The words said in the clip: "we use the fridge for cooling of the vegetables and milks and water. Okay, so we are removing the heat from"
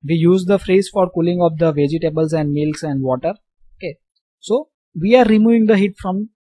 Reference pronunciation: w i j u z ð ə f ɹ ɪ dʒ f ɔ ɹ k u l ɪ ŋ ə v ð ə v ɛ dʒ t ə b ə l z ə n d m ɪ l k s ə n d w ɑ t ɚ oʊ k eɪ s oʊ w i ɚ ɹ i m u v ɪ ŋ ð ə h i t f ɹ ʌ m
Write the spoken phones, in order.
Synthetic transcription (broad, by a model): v i j u z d ə f ɹ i z f ɔ ɹ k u l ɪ ŋ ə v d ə v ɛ dʒ t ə b ə l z ə n d m ɪ l k s ə n d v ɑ t ɚ oʊ k eɪ s oʊ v i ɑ ɹ i m u v ɪ ŋ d ə h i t f ɹ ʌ m